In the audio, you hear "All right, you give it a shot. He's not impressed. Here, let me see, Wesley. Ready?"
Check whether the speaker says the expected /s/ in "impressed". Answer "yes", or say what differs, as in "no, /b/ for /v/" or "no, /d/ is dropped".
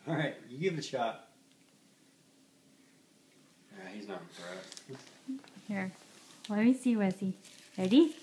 no, /s/ is dropped